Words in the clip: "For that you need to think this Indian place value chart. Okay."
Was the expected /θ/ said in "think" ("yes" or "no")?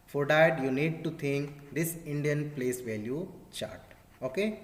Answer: no